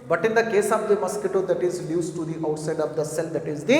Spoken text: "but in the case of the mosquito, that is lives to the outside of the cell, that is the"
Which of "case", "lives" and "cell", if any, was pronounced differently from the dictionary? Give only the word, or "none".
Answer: lives